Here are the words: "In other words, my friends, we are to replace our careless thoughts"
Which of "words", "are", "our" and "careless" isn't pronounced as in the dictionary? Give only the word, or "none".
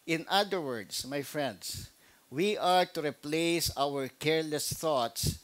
words